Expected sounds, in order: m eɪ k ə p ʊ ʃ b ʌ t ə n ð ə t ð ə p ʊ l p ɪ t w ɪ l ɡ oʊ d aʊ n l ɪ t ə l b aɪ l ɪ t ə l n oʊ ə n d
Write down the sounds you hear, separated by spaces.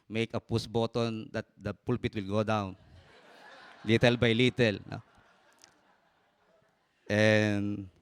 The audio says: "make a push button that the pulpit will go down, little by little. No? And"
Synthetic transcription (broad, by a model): m eɪ k ə p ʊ s b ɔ t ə n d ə t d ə p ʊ l p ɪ t w ɪ l ɡ oʊ d aʊ n l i t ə l b aɪ l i t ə l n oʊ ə n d